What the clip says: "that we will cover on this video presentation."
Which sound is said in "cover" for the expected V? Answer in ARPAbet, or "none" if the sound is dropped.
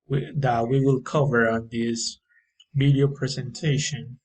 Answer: V